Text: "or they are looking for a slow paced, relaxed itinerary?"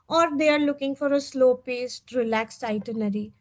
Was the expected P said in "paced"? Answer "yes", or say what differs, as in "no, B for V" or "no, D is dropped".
yes